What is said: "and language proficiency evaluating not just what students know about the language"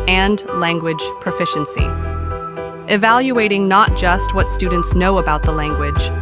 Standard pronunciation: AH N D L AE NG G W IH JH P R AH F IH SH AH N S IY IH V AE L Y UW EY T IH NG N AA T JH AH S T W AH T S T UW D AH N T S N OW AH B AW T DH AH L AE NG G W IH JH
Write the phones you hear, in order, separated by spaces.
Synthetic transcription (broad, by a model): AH N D L AE NG G W IH JH P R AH F IH SH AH N S IY IH V AE L Y UW EY T IH NG N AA T JH AH S T W AH T S T UW D N T S N OW AH B AW T DH AH L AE NG G W IH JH